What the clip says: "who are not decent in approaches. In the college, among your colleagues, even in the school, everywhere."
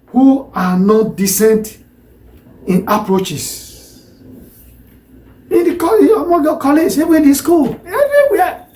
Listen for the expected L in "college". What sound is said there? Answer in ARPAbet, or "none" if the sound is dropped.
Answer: none